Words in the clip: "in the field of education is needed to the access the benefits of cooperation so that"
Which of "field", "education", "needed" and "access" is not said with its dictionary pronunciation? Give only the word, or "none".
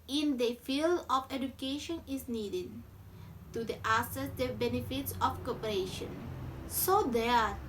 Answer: access